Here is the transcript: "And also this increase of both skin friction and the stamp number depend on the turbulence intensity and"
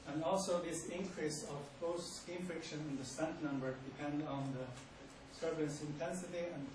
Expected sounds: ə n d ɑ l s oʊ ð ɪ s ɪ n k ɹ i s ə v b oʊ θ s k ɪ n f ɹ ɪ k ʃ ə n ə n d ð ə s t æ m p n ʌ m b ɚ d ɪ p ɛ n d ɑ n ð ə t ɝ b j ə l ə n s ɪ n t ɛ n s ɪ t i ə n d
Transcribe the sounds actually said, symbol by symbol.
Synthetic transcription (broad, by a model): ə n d ɑ l s oʊ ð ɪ s ɪ n k ɹ i s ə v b oʊ t s k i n f ɹ ɪ k ʃ ə n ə n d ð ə s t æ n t n ʌ m b ɚ d ɪ p ɛ n d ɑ n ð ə s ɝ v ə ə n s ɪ n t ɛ n s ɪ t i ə n